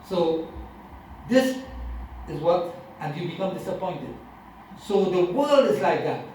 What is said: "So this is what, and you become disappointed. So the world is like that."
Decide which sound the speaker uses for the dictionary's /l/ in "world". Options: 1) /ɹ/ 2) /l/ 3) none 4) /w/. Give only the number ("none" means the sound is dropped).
2